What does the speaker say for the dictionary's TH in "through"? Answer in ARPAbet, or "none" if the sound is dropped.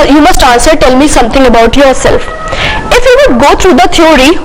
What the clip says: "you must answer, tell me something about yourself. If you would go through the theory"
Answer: T